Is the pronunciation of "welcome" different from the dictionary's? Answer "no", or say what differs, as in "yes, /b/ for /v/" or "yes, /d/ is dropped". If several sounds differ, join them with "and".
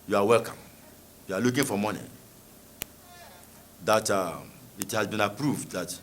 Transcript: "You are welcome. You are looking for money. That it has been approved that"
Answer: no